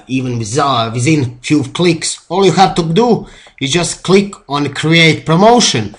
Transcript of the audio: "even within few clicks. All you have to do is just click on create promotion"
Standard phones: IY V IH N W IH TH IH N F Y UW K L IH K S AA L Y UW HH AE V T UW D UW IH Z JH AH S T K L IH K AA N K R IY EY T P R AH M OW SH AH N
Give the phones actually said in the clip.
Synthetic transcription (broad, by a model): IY V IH N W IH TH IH N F Y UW K L IH K S AA L Y UW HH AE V T UW D UW IH Z JH AH S T K L IH K AA N K R IY EY T P R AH M OW SH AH N